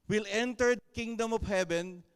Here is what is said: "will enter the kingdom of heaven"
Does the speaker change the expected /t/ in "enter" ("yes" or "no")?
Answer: no